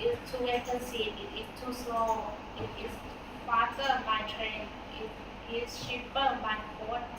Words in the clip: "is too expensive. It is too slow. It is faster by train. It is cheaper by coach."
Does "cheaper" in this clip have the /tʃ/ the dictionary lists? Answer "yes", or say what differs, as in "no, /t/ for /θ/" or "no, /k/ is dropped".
no, /ʃ/ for /tʃ/